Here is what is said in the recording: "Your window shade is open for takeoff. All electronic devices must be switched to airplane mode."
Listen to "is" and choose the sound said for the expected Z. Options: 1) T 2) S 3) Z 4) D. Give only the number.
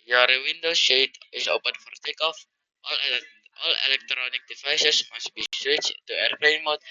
2